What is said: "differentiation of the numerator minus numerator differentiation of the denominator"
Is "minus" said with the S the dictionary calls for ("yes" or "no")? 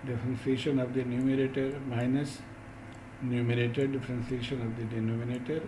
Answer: yes